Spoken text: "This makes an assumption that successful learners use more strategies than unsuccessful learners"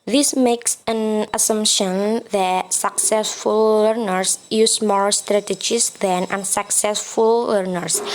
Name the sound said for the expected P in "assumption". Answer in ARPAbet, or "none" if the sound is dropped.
P